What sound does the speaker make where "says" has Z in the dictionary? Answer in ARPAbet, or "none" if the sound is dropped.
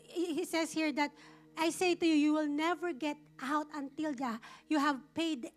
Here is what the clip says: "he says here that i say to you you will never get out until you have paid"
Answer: S